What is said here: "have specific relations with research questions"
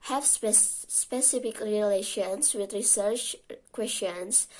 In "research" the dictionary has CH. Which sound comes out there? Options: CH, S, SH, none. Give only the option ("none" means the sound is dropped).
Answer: CH